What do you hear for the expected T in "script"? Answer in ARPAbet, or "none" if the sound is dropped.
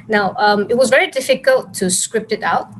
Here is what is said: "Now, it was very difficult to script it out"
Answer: T